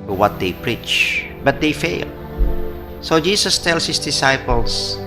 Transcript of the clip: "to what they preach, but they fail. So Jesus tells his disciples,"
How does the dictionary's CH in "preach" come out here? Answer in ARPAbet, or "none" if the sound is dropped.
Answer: CH